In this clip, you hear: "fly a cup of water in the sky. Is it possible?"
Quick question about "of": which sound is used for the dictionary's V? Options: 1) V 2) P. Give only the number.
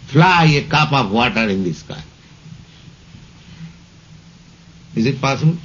2